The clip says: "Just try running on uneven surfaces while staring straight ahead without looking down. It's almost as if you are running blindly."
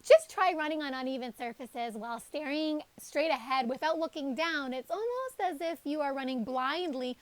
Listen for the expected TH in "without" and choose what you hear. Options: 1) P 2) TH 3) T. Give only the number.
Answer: 2